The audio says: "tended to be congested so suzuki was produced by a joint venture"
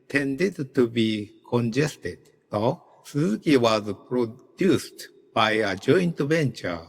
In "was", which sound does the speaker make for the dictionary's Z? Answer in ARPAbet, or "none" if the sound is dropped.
Z